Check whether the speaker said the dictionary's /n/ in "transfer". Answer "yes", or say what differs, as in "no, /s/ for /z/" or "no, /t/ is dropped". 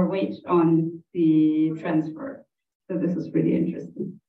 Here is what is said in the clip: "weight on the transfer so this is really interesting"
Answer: yes